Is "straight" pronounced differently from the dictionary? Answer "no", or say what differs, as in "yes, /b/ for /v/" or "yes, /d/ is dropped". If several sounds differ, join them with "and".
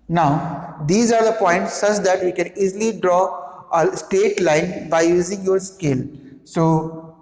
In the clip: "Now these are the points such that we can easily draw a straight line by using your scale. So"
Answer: yes, /ɹ/ is dropped